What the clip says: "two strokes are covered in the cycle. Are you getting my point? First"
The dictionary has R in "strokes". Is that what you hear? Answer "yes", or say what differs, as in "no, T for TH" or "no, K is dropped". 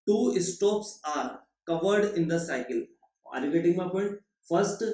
no, R is dropped